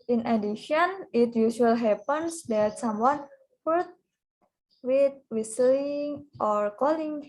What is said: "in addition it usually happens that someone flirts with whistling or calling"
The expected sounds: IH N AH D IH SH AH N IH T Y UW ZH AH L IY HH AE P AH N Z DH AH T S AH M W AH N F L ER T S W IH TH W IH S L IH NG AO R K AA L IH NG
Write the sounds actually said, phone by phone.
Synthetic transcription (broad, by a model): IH N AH D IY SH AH N IH T Y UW SH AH L HH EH P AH N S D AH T S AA M W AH N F ER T W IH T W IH S L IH NG AO R K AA L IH NG